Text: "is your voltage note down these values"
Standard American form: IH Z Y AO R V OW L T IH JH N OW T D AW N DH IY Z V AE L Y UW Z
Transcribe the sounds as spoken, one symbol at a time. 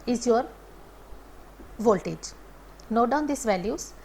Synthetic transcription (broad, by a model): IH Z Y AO R V OW L T IH JH N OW D AW N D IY S V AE L Y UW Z